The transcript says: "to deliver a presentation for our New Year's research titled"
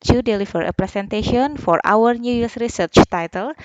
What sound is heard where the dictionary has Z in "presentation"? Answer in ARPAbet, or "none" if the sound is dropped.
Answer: S